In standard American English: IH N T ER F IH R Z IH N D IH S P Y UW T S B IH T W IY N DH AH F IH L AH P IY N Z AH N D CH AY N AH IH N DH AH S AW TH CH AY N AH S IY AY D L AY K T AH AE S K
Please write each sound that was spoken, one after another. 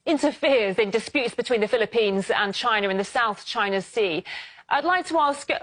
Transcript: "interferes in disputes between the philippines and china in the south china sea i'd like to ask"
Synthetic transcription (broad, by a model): IH N T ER F IH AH Z IH N D IH S P Y UW T S B IH T W IY N DH AH F IH L AH P IY N Z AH N CH AY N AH IH N DH AH S AW TH CH AY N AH S IY AY D L AY K T AH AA S K